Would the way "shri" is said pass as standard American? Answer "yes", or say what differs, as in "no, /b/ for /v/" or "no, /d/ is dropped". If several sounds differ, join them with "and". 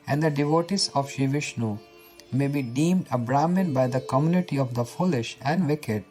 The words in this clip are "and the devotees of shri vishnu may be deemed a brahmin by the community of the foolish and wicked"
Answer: no, /ɹ/ is dropped